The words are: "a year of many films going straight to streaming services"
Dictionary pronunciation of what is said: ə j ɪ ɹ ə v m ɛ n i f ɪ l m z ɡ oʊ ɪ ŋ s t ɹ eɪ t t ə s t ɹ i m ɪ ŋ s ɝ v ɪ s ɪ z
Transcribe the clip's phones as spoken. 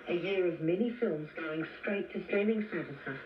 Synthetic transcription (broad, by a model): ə j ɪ ɹ ə v m ɛ n i f ɪ l m z ɡ oʊ ɪ ŋ s t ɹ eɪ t t ə s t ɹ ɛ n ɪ ŋ s ɝ v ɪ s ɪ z